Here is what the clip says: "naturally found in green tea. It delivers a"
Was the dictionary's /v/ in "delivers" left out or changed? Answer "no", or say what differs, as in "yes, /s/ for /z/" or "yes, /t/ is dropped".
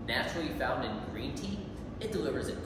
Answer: no